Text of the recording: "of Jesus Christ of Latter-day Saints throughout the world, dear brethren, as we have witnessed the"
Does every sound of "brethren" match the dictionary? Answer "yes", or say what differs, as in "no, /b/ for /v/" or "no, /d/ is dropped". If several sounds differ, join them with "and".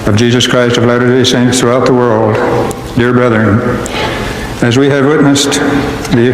yes